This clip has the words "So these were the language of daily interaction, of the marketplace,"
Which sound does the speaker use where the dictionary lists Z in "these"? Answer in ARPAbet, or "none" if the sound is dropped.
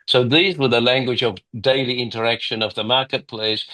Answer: Z